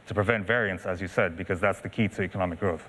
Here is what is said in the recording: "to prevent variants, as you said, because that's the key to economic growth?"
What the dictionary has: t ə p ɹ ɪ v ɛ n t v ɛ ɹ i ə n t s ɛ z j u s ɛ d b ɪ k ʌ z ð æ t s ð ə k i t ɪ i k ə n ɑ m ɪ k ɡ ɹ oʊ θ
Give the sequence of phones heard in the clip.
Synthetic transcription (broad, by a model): t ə p ɹ ɪ v ɛ n t v ɛ ɹ i ə n t s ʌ z j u s ɛ d b ɪ k ʌ z ð æ t s ð ə k i t ɪ i k ə n ɑ m ɪ k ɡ ɹ oʊ θ